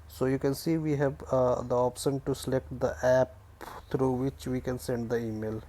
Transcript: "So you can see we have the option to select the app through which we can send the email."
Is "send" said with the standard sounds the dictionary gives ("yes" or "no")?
yes